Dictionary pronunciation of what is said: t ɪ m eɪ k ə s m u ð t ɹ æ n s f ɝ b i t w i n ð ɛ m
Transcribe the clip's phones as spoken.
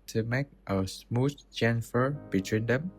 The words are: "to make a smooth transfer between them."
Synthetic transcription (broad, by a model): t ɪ m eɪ k ə s m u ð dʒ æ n f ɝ b i t w i n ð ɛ m